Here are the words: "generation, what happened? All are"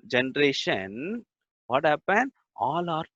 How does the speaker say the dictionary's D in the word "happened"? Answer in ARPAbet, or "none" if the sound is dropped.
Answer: none